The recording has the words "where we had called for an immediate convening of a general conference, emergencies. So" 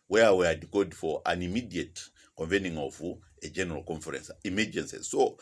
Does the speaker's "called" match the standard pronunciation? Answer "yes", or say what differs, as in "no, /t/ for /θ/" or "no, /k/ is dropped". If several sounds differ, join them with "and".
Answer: no, /l/ is dropped